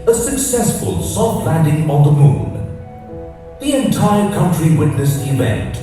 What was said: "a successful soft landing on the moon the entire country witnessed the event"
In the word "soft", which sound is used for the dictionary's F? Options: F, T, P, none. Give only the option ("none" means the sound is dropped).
none